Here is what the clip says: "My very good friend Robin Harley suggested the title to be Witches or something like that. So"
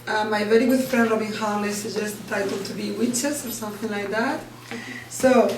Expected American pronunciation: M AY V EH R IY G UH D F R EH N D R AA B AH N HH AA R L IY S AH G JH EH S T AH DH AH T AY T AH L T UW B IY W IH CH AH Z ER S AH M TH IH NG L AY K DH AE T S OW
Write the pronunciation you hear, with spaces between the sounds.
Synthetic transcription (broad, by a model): M AY V EH R IY G UH D F R EH N D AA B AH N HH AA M L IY S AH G JH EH S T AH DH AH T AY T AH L T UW B IY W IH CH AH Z ER S AH M TH IH NG L AY K DH AE T S OW